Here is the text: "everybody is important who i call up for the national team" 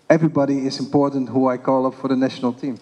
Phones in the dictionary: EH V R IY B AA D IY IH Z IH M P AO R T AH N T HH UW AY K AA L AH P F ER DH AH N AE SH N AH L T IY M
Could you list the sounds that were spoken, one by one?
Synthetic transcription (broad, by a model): EH V R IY B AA D IY IH Z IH M P AO R T N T HH UW AY K AA L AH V F ER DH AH N AE SH N AH L T IY M